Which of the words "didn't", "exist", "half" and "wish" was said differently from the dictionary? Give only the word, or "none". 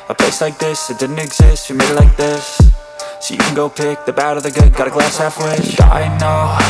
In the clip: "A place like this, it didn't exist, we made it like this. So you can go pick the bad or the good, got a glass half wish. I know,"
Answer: wish